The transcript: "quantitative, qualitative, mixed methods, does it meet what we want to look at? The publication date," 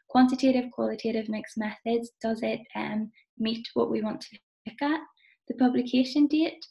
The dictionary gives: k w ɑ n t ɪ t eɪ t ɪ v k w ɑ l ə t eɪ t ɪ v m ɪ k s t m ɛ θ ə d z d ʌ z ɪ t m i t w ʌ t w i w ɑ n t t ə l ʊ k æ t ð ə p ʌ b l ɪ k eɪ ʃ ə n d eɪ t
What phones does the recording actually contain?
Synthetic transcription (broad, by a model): k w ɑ n t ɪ t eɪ t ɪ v k w ɑ l ə t eɪ t ɪ v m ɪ k s m ɛ θ ə d z d ʌ z ɪ t m i t w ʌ t w i w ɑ n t t ə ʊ k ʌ t ð ə p ʌ b l ɪ k eɪ ʃ ə n d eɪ t